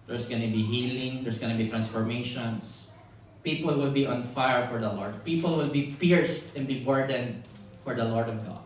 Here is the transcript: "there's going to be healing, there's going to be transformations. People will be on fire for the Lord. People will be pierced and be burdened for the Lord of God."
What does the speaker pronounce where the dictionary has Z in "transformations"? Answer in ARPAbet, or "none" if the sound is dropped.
S